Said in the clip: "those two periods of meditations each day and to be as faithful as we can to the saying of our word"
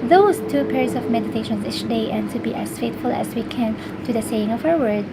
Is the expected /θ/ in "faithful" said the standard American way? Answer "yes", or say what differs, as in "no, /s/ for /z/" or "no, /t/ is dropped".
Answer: no, /t/ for /θ/